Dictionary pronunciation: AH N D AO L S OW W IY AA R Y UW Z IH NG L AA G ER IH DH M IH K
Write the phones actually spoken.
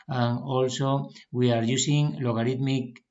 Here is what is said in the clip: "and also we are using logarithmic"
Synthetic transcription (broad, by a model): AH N AO L S OW W IY AA R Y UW S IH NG L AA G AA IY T M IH K